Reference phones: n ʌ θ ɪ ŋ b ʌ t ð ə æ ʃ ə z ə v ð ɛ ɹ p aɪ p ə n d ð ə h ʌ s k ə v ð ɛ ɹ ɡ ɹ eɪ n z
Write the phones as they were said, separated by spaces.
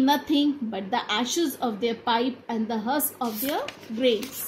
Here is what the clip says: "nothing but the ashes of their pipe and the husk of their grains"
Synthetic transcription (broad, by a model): n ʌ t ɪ ŋ b ʌ t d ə æ ʃ ə z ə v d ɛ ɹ p aɪ p ə n d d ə h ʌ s ə v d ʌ ɹ ɡ ɹ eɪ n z